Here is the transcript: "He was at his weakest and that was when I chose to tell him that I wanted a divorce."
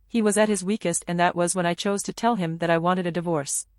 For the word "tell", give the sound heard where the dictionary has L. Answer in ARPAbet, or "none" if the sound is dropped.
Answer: L